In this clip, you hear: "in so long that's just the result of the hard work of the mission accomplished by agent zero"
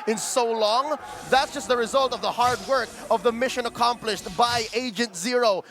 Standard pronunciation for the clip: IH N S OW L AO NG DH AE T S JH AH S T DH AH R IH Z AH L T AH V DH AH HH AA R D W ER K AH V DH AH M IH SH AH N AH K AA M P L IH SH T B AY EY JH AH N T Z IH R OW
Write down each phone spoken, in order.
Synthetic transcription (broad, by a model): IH N S OW L AO NG DH AE T S JH AH S T DH AH R IH Z AH L T AH V DH AH HH AA R D W ER K AH V DH AH M IH SH AH N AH K AA M P L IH SH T B AY EY JH AH N T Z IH R OW